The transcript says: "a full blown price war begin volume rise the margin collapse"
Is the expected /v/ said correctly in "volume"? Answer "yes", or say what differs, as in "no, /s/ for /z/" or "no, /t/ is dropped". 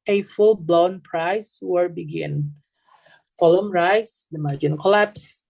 no, /f/ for /v/